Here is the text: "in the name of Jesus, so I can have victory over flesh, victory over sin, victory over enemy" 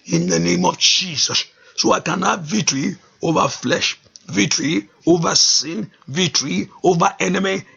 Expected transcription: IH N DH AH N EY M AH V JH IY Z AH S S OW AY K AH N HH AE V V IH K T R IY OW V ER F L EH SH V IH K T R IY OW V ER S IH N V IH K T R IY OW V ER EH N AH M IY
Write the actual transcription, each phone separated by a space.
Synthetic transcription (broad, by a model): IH N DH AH N EY M AH V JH IY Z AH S S OW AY K AH N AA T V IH T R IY OW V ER F L EH SH V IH T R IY OW V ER S IH N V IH T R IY OW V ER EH N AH M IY